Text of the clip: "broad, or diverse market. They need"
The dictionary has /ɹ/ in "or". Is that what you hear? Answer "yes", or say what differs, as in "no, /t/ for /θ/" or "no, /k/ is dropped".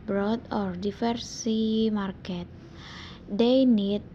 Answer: yes